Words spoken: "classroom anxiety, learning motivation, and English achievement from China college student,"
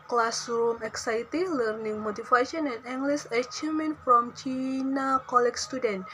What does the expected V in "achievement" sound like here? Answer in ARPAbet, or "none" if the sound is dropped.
none